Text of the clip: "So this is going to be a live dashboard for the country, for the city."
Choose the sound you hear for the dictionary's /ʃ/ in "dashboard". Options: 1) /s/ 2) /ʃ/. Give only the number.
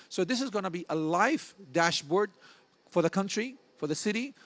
2